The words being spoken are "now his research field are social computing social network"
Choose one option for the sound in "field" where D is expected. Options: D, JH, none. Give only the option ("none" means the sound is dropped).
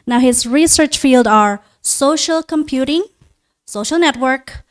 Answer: D